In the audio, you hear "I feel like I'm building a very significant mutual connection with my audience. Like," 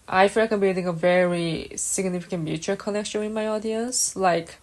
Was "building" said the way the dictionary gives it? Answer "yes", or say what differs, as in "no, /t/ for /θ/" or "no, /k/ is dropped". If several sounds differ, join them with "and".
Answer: no, /l/ is dropped